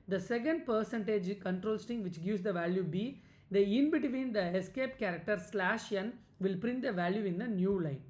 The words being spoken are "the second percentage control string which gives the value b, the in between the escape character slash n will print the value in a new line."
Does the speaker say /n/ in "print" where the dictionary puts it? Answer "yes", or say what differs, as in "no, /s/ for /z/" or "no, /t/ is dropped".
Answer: yes